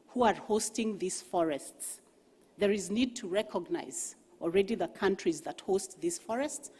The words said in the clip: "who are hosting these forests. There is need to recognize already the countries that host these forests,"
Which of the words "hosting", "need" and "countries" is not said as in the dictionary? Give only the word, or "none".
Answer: none